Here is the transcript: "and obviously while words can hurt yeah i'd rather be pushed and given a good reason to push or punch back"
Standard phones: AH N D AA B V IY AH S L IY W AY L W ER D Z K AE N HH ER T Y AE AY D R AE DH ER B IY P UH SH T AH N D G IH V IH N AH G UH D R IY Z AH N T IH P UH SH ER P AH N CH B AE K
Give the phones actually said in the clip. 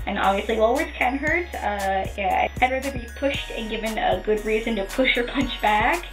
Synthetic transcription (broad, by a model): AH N AA B V IY AH S L IY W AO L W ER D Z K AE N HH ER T Y AE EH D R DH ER B IY P UH SH T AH N G IH V IH N AH G UH D R IY Z AH N T IH P UH SH ER P AH N CH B AE K